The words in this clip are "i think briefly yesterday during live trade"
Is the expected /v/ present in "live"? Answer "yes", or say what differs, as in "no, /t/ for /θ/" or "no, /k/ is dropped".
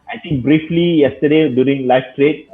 no, /f/ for /v/